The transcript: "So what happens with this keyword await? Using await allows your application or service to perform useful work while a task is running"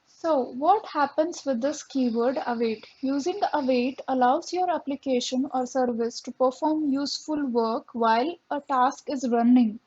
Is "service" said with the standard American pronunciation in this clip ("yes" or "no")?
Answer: yes